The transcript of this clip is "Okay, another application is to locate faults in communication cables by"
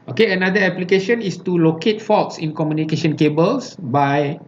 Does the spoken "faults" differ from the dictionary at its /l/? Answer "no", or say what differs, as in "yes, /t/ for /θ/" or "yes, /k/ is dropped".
yes, /l/ is dropped